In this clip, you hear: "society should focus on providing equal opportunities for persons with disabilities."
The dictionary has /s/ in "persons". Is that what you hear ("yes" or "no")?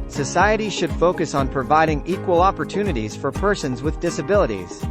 yes